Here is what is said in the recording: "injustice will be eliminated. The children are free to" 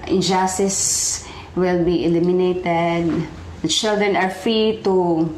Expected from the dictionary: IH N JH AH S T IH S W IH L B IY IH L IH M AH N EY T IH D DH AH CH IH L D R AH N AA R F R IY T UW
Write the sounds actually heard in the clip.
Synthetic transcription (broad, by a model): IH N JH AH S T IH S W IH L B IY IH L IH M AH N EY T IH D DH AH CH IH L D R AH N AA R F R IY T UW